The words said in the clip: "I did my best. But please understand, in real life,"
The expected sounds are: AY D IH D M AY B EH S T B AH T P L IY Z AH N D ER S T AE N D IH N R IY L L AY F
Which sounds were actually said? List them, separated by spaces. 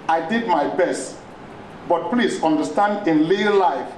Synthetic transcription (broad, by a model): AY D IH D M AY B EH S T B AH T P L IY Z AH N D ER S T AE N D IH N L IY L L AY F